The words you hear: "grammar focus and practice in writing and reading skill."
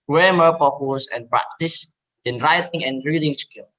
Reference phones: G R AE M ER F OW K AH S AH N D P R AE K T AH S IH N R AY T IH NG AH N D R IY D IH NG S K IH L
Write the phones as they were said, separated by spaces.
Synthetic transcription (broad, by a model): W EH M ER P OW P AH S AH N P R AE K T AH S IH N R AY T IH NG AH N R IY D IH NG S K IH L